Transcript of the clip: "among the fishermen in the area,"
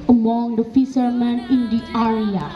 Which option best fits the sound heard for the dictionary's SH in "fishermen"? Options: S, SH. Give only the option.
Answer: S